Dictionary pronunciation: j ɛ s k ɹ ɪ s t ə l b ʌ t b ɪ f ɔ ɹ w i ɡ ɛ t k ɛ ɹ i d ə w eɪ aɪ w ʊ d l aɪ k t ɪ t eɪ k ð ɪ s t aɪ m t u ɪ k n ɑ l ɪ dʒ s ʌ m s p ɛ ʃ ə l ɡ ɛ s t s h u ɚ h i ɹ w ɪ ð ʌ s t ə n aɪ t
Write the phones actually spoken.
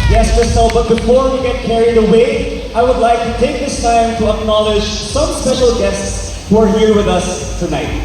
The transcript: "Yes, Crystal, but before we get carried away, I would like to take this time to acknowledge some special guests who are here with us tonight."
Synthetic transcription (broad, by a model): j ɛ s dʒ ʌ s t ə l b ʌ t b ɪ f ɔ ɹ w i ɡ ɛ t k ɛ ɹ i d ə w eɪ aɪ w ʊ d l aɪ k t ɪ t eɪ k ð ɪ s t aɪ m t u ɪ k n ɑ l ɪ dʒ s ʌ m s ɛ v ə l ɡ ɛ s t s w ɚ h i ɹ w ɪ ð ʌ s t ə n aɪ t